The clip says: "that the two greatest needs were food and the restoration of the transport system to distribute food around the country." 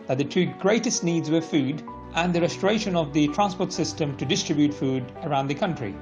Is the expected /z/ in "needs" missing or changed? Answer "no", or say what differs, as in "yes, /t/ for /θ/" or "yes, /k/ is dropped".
no